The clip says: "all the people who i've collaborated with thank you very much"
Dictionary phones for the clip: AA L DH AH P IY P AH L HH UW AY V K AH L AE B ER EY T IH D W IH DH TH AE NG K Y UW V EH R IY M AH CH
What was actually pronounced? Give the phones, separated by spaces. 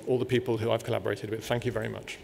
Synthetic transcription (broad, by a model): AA L DH AH P IY P AH L HH UW AY V K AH L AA B ER EY T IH D W IH DH TH AE NG K Y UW V EH R IY M AH CH